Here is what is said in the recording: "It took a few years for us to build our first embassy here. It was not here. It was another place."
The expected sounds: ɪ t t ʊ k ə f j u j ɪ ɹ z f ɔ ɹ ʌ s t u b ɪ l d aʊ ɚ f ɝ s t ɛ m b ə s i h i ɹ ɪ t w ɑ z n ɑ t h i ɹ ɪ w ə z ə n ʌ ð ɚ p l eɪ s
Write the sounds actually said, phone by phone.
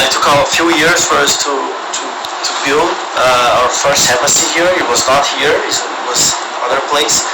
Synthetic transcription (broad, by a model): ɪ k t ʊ k ə f j u j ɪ ɹ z f ɔ ɹ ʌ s t u b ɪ l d aʊ ɚ f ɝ s t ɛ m ə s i h i ɹ ɪ t w ɑ z n ɑ t h i ɹ ɪ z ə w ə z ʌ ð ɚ p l eɪ s